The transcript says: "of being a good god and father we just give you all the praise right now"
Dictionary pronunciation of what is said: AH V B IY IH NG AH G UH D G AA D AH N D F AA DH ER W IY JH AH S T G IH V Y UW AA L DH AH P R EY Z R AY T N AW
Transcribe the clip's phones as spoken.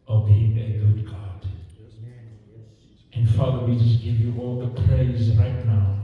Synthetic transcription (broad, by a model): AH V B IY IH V AH G UH D G AA D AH N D F AA DH ER W IY JH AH S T G IH V Y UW AA L DH AH P R EY Z R AY T N AW